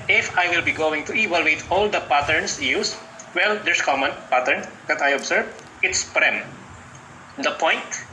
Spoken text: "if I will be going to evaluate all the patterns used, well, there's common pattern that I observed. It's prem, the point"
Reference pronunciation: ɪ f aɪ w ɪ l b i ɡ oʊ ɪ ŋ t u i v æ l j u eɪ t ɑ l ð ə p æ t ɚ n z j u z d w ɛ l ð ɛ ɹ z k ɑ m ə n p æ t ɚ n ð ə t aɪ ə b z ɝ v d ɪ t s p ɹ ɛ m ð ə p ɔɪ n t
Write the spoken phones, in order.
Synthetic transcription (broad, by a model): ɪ f aɪ w ɪ l b i ɡ oʊ ɪ ŋ t u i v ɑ l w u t ɑ l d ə p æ t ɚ n s j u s w ɛ l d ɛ ɹ s k ɑ m ə n p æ t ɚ n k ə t aɪ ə b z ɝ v ɪ t s p ɹ ɛ m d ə p ɔɪ n t